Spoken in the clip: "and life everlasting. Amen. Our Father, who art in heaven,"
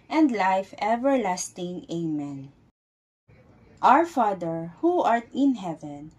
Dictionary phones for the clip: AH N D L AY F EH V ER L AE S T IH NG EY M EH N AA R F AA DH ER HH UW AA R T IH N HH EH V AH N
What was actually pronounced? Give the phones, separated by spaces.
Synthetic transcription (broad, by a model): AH N D L AY F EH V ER L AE S T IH NG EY M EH N AA R F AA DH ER HH UW AA R T IH N HH EH V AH N